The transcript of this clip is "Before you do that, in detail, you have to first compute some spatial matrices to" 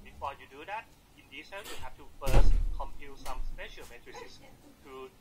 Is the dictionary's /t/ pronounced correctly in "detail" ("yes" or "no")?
no